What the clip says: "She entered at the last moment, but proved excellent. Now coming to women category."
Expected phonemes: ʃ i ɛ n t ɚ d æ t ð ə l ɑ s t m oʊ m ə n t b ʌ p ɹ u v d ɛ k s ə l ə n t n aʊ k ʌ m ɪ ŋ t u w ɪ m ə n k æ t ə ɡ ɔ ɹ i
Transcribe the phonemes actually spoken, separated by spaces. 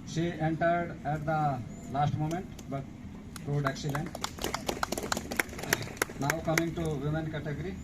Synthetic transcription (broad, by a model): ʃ i ɛ n t ɚ d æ t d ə l ɑ s t m oʊ m ə n t b ʌ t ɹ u d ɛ k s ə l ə n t n aʊ k ʌ m ɪ ŋ t u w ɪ m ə n k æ t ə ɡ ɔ ɹ i